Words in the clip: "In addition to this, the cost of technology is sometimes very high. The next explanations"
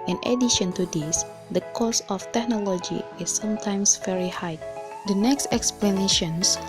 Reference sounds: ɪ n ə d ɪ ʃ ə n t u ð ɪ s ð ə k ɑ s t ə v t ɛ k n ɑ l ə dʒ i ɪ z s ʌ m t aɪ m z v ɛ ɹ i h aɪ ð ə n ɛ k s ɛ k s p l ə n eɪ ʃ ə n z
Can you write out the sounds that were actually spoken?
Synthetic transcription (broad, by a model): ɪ n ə d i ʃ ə n t u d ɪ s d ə k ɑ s ə f t ɛ k n ɑ l ə dʒ i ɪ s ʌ m t aɪ m s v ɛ ɹ i h aɪ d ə n ɛ k s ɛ k s p l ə n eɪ ʃ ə n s